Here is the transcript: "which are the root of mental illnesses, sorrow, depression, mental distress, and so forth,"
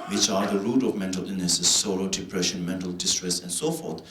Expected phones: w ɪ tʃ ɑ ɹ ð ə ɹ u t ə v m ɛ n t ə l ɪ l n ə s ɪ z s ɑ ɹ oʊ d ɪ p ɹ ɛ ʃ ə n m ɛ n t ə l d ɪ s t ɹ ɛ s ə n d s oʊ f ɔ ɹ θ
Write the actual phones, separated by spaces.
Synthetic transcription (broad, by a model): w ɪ tʃ ɑ ɹ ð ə ɹ u t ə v m ɛ n t ə l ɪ n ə s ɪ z s ɑ ɹ oʊ d ɪ p ɹ ɛ ʃ ə n m ɛ n t ə l d ɪ s t ɹ ɛ s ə n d s oʊ f ɔ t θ